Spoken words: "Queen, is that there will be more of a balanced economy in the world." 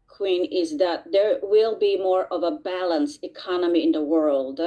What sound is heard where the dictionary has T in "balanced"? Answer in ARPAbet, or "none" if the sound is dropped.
none